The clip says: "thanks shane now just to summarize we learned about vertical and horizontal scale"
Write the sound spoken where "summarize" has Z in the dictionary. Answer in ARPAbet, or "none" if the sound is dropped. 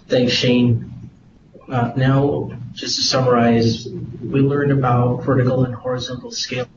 Z